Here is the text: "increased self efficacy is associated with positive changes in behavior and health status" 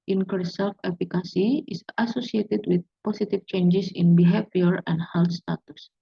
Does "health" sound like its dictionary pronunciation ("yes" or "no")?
no